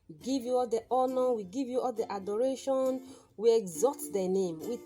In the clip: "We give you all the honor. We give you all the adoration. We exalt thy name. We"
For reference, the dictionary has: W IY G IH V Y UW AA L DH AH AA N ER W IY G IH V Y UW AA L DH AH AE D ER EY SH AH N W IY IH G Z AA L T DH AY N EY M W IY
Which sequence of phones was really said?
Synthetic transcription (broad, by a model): W IY G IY V Y UW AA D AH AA N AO W IY G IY V Y UW AA L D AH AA D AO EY SH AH N W IY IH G Z AA T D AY N EY M W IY